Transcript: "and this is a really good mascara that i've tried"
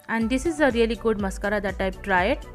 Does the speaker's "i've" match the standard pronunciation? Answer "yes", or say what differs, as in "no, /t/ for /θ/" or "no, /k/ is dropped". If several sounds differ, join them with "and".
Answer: no, /p/ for /v/